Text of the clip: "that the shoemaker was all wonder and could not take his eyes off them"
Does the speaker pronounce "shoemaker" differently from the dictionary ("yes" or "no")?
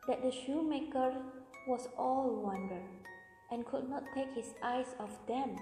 no